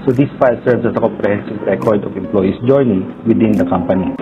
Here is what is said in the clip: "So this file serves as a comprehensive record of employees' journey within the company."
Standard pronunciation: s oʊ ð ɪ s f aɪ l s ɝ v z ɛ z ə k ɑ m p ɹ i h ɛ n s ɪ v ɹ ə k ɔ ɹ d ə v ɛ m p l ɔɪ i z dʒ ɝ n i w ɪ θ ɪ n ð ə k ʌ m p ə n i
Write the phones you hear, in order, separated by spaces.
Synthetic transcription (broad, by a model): s oʊ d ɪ s f aɪ l s ɝ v s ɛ s ə k ɑ m p ɹ i h ɛ n s ɪ v ɹ ə k ɔ ɹ d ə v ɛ m p l ɔɪ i s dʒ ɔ n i w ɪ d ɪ n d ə k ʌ m p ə n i